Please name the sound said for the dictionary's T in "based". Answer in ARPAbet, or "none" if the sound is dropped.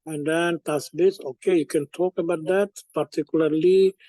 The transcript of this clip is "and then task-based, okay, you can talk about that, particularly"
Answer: none